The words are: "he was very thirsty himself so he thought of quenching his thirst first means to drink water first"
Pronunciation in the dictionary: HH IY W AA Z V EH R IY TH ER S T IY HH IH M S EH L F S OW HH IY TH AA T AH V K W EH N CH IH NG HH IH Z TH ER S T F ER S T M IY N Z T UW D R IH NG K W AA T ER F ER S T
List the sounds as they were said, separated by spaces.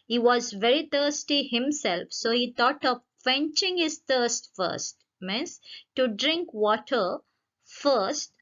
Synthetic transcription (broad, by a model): HH IY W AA Z V EH R IY T ER S T IY HH IH M S EH L F S OW HH IY T AA T AH V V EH N CH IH NG HH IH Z T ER S T F ER S T M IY N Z T UW D R IH NG K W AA T ER F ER S T